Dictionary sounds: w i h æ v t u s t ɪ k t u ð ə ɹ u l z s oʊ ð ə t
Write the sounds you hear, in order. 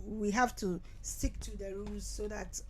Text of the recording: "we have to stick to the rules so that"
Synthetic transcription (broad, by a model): w i h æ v t u s t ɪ k t u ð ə ɹ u z s oʊ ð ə t